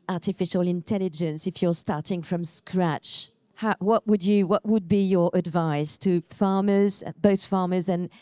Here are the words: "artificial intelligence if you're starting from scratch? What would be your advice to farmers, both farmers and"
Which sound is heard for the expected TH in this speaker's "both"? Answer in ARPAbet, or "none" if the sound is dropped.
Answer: TH